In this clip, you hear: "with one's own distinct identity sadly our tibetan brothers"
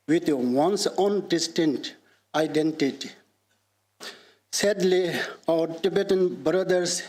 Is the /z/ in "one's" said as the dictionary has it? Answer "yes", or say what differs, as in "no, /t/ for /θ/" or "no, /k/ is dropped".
no, /s/ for /z/